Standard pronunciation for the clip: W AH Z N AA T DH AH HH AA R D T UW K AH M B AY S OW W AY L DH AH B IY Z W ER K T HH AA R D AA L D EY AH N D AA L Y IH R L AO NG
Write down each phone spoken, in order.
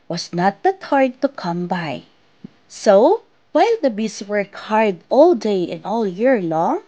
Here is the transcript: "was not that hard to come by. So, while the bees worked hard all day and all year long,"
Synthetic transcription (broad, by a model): W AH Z N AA T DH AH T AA R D T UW K AH M B AY S OW W AY L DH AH B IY S W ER K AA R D AA L D EY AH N AA L Y IH R L AO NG